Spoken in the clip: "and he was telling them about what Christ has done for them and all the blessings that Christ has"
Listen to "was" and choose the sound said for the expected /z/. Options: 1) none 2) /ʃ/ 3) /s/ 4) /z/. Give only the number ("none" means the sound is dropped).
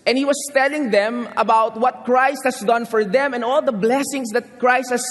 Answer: 3